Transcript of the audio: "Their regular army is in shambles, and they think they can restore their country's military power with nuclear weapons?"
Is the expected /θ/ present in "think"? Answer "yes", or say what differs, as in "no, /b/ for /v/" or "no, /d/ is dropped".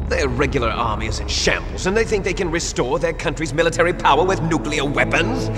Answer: yes